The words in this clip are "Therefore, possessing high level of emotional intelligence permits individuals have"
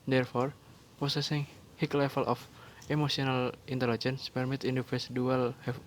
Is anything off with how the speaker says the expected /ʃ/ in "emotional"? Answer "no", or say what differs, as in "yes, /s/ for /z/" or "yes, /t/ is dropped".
yes, /s/ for /ʃ/